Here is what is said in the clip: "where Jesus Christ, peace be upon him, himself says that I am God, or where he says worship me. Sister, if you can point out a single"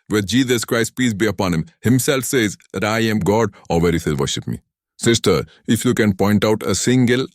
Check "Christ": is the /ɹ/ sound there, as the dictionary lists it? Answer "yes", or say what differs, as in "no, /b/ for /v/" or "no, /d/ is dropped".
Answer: yes